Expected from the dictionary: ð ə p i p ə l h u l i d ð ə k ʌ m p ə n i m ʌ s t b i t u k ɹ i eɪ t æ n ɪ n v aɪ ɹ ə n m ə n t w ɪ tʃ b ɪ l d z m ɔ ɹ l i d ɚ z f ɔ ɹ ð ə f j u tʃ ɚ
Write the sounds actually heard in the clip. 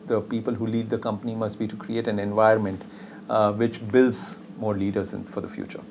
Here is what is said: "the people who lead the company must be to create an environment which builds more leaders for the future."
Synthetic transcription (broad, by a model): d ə p i p ə l h u l i d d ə k ʌ m p ə n i m ʌ s t b i t u k ɹ i eɪ t æ n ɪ n v aɪ ə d m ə n t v ɪ tʃ b ɪ l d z m ɔ ɹ l i d ɚ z f ɔ ɹ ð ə f j u tʃ ɚ